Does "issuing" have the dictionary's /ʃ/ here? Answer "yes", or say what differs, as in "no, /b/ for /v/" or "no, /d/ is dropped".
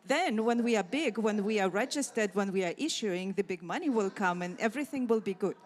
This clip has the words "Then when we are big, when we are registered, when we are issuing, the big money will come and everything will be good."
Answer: yes